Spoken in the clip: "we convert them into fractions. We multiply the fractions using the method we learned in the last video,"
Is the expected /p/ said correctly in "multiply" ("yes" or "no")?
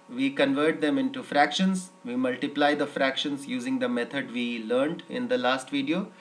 yes